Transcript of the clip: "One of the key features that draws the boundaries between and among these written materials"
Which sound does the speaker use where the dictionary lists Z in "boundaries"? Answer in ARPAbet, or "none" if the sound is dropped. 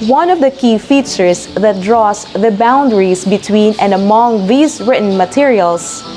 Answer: S